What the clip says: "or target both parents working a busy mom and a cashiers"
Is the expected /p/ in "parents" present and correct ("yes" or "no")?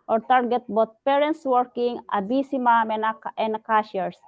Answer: yes